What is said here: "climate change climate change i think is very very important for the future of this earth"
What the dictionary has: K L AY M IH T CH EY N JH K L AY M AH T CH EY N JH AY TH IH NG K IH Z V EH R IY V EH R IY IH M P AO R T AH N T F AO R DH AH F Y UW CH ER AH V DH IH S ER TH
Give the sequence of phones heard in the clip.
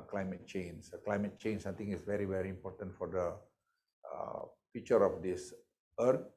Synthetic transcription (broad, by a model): K L AY M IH T CH EY N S K L AY M AH T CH EY N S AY T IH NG IH S V EH R IY V EH R IY M P AO R T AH N T F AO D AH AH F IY CH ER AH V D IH S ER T